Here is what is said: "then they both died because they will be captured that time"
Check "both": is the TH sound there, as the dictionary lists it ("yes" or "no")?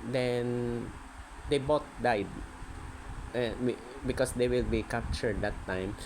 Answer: no